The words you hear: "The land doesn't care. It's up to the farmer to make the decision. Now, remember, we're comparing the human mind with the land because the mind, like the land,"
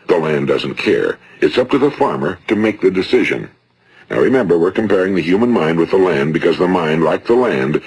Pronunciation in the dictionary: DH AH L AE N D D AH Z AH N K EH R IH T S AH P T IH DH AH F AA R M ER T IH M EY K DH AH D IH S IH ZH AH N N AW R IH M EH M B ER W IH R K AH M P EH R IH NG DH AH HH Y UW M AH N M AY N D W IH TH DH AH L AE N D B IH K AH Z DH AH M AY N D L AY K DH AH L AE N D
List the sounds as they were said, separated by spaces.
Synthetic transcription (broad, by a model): DH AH L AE N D D AH Z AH N K EH R IH T S AH P T IH DH AH F AA R M ER T IH M EY K DH AH D IH S IH ZH AH N N AW R IH M EH M B ER W IH R K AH M P EH R IH NG DH AH HH Y UW M AH N M AY N D W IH DH AH L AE N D B IH K AH Z DH AH M AY N D L AY K DH AH L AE N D